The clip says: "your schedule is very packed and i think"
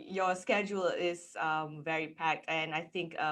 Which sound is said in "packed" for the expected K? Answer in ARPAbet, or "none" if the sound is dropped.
K